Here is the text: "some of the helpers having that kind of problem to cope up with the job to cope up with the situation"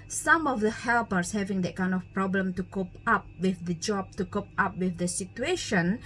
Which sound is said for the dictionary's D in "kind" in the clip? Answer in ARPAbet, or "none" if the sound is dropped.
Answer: D